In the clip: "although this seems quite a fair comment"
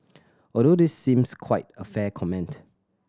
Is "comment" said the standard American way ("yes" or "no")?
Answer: yes